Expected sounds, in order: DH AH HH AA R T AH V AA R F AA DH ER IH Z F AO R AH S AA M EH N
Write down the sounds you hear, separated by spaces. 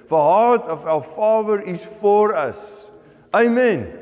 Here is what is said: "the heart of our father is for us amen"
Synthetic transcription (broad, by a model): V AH HH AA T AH F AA L F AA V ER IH S F AO R AH S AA M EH N